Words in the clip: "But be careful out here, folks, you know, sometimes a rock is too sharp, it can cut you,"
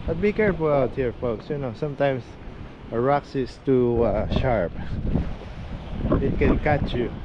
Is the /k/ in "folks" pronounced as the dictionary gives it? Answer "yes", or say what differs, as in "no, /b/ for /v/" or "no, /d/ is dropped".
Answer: yes